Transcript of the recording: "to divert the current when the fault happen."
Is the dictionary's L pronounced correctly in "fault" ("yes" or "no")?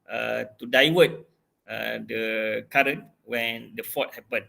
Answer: no